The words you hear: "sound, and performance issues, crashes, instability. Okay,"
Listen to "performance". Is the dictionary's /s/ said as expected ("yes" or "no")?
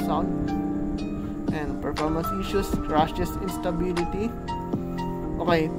yes